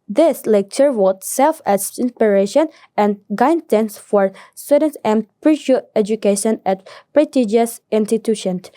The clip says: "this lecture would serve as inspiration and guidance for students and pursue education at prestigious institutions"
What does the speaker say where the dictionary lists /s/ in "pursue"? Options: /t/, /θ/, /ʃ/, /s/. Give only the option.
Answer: /ʃ/